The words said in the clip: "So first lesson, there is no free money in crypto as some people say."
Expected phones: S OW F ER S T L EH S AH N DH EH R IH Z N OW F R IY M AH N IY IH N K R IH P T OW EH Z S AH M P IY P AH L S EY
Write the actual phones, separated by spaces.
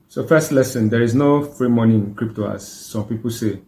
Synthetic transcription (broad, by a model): S OW F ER S T L EH S AH N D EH R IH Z N OW F R IY M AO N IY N K R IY P T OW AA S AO M P IY P AH L S EY